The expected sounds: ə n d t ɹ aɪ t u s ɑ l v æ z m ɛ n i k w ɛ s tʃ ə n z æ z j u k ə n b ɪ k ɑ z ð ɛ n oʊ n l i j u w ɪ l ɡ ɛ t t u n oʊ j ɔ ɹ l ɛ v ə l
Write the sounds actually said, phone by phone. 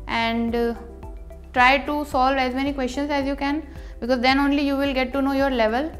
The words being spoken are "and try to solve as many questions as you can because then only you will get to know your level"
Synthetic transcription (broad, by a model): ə n d t ɹ aɪ t u s ɑ l v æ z m ɛ n i k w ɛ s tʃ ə n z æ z j u k ə n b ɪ k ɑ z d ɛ n oʊ n l i j u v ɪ l ɡ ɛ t t u n oʊ j ɔ ɹ l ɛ v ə l